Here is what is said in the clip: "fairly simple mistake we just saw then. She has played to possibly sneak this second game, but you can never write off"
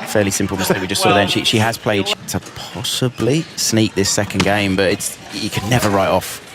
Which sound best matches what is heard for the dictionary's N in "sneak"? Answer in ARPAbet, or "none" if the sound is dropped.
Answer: N